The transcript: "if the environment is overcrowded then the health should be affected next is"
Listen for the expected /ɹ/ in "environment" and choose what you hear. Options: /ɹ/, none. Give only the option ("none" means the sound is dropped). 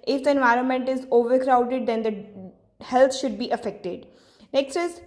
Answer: /ɹ/